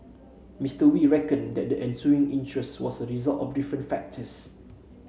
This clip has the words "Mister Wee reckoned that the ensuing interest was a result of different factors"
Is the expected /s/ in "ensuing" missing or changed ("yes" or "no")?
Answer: no